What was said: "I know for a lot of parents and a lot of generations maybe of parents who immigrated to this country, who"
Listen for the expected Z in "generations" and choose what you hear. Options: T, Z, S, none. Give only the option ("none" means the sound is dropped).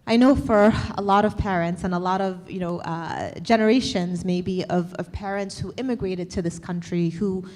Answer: Z